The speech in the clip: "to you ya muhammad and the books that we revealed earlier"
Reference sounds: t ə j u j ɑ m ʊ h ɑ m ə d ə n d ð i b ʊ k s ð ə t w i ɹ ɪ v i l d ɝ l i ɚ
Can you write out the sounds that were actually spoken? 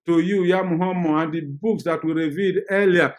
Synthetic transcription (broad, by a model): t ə j u j ɑ m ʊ h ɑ m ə ə n d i b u k s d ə t w i ɹ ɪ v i d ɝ l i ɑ